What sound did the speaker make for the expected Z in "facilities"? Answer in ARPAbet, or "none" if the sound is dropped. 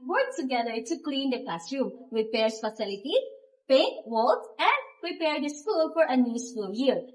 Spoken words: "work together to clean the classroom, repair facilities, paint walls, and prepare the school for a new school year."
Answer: none